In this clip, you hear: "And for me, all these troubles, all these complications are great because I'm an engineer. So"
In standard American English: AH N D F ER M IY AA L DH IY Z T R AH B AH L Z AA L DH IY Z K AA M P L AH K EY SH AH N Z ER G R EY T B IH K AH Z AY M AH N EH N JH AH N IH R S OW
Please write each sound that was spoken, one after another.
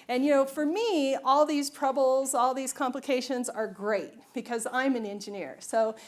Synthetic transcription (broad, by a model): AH N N F ER M IY AA L DH IY Z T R AH B L Z AA L DH IY Z K AA M P L AH K EY SH AH N Z ER G R EY T B IH K AH Z AY M AH N EH N JH AH N IH R S OW